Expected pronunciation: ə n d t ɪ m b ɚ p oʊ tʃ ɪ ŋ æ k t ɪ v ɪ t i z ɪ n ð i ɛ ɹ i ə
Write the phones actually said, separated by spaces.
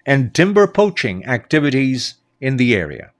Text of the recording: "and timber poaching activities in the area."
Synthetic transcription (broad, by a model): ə n t ɪ m b ɚ p oʊ tʃ ɪ ŋ æ k t ɪ v ɪ t i z ɪ n ð i ɛ ɹ i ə